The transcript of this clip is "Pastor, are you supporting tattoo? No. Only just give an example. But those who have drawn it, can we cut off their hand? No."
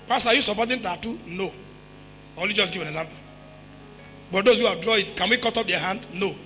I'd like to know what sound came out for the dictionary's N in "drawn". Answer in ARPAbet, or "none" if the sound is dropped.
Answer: none